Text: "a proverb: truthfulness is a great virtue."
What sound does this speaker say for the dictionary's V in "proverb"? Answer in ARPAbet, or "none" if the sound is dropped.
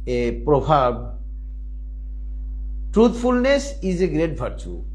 B